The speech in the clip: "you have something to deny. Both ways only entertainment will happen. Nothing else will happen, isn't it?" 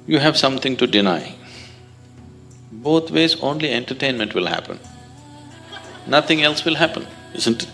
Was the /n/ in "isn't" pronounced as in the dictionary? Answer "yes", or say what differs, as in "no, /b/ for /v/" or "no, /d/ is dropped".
yes